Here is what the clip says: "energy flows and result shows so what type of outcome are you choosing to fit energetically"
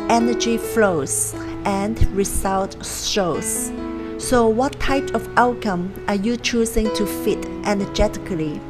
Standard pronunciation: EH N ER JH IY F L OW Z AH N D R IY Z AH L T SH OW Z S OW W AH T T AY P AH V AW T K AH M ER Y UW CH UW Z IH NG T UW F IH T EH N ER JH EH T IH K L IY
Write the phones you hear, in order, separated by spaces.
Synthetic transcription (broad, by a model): EH N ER JH IY F L OW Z AH N D R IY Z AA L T S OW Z S OW W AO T T AY P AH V AW T K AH M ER Y UW CH UW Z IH NG T UW F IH T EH N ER JH EH T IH K L IY